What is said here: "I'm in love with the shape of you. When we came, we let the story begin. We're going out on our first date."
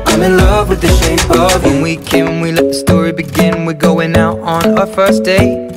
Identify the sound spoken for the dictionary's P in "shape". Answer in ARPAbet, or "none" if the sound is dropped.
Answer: none